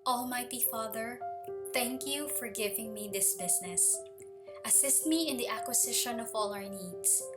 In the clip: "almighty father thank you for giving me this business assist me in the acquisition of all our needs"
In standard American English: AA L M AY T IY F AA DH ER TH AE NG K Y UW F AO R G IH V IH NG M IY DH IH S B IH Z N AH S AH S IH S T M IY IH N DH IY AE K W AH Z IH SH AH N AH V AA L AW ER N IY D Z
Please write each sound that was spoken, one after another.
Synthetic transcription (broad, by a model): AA L M AY T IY F AA DH ER TH AE NG K Y UW F AO R G IH V IH NG M IY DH IH S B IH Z N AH S AH S IH S T M IY IH N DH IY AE K W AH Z IH SH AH N AH V AA L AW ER N IY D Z